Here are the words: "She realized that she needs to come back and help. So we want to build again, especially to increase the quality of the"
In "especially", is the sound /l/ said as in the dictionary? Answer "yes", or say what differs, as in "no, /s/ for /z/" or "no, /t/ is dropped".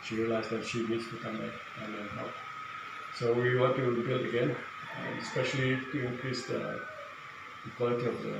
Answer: no, /l/ is dropped